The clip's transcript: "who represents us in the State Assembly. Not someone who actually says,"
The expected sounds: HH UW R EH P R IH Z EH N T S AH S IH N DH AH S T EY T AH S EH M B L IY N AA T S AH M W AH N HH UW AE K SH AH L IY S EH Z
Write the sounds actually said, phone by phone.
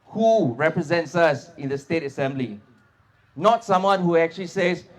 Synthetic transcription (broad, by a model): HH UW R EH P R IH Z EH N T S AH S IH N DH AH S T EY T AH S EH M B L IY N AA T S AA M W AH N HH UW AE K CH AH L IY S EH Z